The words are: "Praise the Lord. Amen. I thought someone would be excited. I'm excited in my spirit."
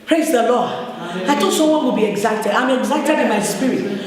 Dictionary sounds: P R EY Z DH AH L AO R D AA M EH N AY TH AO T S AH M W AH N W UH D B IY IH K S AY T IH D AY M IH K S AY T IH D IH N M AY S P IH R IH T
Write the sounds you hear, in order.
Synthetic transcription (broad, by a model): P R EY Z DH AH L AO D AA IH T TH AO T S AH M W AH N W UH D B IY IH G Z AY T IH D AY M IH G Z AY T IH D IH N M AY S P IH R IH T